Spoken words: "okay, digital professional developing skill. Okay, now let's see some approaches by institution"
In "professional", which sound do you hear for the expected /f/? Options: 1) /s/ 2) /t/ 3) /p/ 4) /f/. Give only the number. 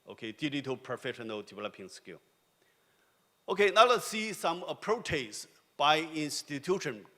4